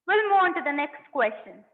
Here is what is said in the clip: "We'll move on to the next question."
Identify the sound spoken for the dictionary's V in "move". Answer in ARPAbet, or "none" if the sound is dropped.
none